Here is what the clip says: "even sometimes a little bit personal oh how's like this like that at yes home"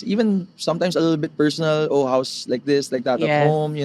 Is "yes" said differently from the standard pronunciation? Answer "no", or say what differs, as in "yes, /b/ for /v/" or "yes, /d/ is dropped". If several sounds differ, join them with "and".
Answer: yes, /s/ is dropped